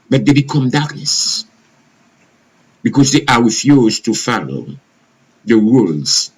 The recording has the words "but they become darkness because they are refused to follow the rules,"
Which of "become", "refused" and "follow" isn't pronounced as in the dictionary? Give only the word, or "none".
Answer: refused